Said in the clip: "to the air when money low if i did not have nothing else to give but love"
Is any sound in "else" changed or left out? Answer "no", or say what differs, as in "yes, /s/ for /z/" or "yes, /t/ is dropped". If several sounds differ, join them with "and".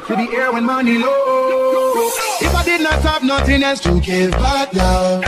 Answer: yes, /l/ is dropped